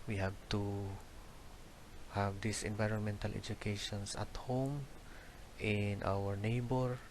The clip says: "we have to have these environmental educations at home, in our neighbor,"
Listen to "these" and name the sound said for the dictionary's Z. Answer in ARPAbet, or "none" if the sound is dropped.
S